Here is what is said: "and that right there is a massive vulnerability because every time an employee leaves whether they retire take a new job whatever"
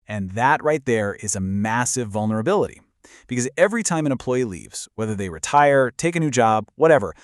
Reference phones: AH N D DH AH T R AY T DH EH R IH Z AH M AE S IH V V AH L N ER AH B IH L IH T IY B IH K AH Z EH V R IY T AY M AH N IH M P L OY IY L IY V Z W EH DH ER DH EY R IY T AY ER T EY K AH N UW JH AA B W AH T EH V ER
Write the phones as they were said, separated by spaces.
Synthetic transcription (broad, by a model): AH N DH AH T R AY T DH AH R IH Z AH M AE S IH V V AH L N ER AH B IH L IH T IY B IH K AH Z EH V R IY T AY M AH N IH M P L OY IY L IY V Z W EH DH ER DH EY R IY T AY ER T EY K AH N UW JH AA B W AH T EH V ER